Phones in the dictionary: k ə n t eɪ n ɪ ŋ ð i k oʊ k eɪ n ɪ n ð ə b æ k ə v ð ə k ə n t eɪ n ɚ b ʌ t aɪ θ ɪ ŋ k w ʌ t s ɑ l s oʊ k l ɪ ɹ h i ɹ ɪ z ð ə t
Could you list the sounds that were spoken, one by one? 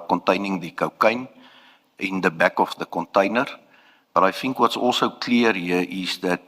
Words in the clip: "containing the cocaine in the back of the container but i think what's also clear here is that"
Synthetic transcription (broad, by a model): k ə n t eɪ n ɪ ŋ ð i k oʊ k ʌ n ɪ n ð ə b æ k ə f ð ə k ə n t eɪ n ɚ b ʌ t aɪ f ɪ ŋ k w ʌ t s ɑ l s oʊ k l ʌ ɹ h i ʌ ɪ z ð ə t